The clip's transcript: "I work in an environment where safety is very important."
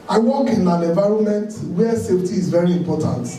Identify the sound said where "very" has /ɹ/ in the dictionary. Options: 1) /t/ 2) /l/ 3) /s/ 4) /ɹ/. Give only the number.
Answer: 4